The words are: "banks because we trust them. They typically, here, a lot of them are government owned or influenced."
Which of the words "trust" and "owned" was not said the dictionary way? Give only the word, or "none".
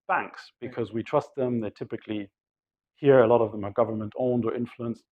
none